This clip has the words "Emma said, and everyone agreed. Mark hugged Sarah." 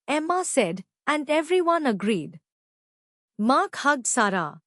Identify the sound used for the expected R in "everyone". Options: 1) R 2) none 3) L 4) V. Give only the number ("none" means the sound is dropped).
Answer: 1